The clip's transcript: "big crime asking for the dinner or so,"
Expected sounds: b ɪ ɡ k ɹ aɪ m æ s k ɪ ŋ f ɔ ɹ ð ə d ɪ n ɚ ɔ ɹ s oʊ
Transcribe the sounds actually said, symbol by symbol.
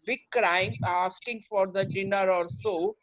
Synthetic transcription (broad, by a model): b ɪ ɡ k ɹ aɪ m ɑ s k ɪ ŋ f ɔ ɹ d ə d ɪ n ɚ ɔ l s oʊ